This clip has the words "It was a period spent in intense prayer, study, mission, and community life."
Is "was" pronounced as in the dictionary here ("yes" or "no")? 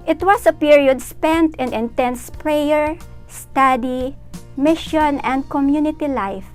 no